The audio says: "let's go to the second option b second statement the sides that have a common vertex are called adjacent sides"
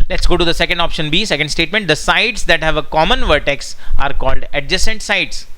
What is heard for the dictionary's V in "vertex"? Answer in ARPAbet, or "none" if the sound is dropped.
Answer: V